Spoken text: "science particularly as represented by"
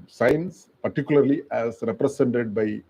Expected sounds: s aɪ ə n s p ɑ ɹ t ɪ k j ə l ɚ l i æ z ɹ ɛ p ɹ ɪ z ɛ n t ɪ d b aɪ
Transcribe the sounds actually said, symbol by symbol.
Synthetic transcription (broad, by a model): s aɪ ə n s p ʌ ɹ t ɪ k j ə l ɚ l i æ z ɹ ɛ p ɹ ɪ s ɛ n t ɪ d b aɪ